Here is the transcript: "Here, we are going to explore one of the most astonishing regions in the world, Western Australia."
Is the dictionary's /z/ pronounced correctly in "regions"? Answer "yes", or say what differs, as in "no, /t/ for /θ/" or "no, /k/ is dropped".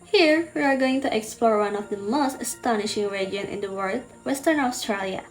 no, /z/ is dropped